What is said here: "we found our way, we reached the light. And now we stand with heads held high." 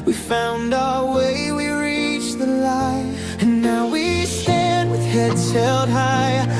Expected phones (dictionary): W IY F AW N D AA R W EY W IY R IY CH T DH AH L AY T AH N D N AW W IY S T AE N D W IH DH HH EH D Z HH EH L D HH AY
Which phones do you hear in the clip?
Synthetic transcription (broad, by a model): W IY F AW N D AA W EY W IY R IY CH DH AH L AY AH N N AW W IY S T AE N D W IH DH HH EH D Z HH EH L D HH AY